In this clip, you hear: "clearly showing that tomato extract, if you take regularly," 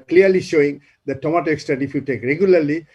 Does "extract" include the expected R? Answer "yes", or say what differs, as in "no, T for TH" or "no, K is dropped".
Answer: no, R is dropped